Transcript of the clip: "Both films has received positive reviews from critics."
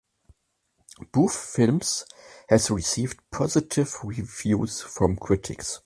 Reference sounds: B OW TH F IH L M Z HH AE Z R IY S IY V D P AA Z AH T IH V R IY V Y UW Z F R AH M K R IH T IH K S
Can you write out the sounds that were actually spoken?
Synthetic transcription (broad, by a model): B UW F F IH L M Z HH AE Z R IY S IY V D P AA Z AH T IH V R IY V Y UW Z F R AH M K R IH T IH K S